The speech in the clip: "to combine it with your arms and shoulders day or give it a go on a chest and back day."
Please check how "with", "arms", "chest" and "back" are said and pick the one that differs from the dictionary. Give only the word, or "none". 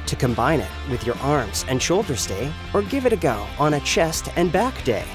none